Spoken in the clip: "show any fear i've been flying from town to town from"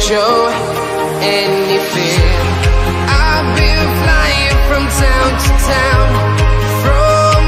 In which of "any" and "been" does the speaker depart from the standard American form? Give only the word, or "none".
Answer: been